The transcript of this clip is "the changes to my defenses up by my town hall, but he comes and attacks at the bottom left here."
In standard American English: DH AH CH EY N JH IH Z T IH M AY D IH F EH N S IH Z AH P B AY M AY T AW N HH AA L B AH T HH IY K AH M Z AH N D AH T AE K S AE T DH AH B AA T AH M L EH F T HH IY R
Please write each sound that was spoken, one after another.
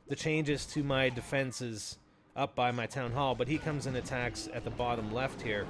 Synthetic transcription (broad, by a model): DH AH CH EY N JH IH Z T IH M AY D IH F EH N S IH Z AH P B AY M AY T AW N HH AA L B AH T HH IY K AH M Z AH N AH T AE K S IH T DH AH B AA T AH M L EH F T HH IY R